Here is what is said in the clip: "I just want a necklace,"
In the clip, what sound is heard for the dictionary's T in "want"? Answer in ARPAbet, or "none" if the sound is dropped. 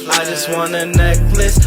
none